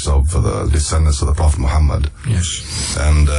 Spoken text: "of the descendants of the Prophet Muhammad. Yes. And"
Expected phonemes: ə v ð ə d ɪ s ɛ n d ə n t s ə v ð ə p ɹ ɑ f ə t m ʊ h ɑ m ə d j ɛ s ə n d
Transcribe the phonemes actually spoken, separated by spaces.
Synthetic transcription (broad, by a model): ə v ð ə d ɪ s ɛ n d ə n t s ə v ð ə p ɹ ɑ f ə t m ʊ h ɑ m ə d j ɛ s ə n